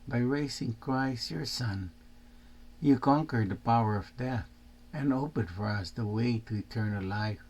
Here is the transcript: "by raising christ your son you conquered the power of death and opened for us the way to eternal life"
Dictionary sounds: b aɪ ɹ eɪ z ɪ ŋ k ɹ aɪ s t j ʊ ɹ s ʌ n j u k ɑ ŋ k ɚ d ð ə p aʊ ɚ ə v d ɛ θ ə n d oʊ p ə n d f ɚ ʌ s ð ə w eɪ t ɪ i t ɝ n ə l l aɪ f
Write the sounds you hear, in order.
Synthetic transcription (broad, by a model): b aɪ ɹ eɪ s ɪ ŋ k ɹ aɪ s t j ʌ ɹ s ʌ n j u k ɑ ŋ k ɚ d ð ə p aʊ ɚ ə v d ɛ θ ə n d oʊ p ə n d f ɚ ʌ s ð ə w eɪ t ɪ i t ɝ n ə l l aɪ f